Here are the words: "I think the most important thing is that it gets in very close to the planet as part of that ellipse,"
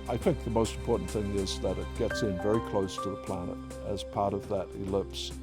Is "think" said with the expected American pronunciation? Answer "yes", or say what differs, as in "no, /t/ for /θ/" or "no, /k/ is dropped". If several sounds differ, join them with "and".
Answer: yes